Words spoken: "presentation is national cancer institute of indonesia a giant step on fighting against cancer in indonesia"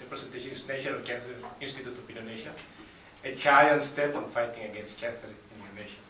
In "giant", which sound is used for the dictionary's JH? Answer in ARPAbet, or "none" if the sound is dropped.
CH